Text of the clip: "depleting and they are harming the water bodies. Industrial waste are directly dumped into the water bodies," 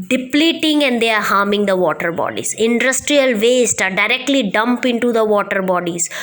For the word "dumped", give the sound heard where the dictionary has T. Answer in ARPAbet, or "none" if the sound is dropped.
none